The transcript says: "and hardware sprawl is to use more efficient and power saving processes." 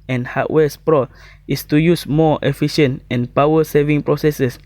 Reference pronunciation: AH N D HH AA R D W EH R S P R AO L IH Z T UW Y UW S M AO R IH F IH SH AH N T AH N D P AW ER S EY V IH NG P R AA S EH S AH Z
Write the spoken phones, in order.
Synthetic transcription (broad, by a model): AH N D HH AA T W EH S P R AO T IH S T UW Y UW S M AO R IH F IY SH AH N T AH N P AW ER S EY V IH NG P R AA S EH S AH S